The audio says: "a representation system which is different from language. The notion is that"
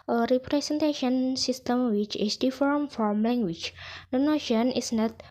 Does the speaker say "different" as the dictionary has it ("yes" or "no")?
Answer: no